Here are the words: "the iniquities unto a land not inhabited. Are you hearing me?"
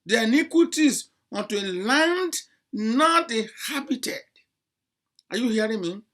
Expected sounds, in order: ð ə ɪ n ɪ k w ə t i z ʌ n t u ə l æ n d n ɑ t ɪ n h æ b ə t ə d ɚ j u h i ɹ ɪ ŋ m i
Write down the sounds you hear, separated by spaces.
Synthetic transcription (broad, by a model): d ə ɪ n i k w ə t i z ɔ n t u ə l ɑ n d n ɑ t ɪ h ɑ b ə t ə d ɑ j u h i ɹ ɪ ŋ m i